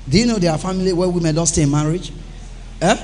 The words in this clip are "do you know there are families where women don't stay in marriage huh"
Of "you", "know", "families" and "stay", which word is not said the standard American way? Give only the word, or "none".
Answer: families